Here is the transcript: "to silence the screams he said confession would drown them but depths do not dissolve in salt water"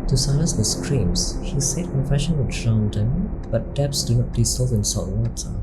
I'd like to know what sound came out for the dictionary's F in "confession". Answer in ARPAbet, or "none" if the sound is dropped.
F